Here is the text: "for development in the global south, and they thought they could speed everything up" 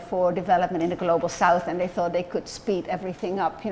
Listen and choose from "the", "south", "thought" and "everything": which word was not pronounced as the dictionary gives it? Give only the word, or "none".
none